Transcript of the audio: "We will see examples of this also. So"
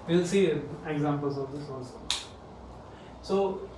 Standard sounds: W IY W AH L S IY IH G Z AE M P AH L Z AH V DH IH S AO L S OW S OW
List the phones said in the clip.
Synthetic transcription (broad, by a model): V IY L S IY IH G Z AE M P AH L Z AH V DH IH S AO S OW S OW